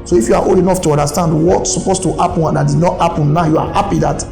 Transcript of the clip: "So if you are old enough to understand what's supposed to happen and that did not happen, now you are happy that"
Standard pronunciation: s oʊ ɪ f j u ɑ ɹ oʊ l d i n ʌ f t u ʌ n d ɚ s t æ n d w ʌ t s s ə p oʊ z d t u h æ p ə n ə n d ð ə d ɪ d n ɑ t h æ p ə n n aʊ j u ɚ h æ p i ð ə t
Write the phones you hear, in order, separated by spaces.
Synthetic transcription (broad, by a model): s oʊ ɪ f j u ɑ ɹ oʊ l i n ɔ f t u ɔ n d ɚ s t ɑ n d w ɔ t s s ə p oʊ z t u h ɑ p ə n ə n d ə d ɪ d n ɑ t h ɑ p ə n n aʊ j u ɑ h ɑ p i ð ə t